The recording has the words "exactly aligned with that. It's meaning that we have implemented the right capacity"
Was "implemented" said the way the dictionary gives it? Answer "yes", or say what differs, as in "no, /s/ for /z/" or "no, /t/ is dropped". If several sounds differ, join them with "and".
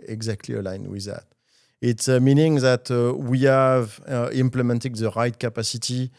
yes